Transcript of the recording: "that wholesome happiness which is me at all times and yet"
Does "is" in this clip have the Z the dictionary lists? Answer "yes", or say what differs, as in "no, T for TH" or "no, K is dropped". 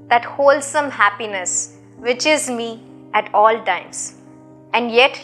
yes